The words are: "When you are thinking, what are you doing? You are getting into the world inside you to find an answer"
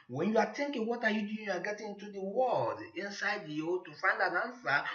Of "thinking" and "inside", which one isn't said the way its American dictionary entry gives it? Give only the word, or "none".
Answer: thinking